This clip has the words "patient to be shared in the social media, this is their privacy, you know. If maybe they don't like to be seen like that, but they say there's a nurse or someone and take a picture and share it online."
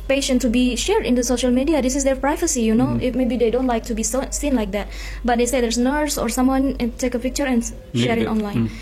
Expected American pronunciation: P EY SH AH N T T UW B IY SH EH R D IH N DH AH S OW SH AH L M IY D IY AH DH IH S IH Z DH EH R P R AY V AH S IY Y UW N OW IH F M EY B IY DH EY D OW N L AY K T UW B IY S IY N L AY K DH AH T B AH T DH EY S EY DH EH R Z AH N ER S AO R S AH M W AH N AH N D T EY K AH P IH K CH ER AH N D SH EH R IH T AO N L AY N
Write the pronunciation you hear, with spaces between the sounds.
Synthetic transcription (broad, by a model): P EY SH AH N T T UW B IY SH EH R D IH N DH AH S OW SH AH L M IY D IY AH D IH S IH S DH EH R P R AY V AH S IY Y UW N OW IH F M EY B IY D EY D OW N L AY K T UW B IY S IY N L AY K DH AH T B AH T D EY S EY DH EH R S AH N ER S AO R S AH M W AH N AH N T EY K AH P IH K CH ER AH N SH EH R IH T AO N L AY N